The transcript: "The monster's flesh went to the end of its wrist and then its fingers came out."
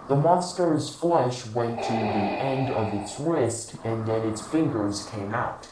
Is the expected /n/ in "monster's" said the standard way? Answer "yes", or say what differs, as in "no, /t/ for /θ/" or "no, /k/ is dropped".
yes